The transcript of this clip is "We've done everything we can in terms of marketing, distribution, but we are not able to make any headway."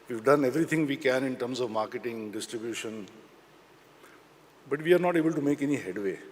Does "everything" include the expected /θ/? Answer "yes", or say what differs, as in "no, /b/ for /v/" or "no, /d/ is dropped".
no, /t/ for /θ/